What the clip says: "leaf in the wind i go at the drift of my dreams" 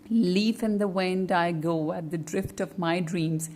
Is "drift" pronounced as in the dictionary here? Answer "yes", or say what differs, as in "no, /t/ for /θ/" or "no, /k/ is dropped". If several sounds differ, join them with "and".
yes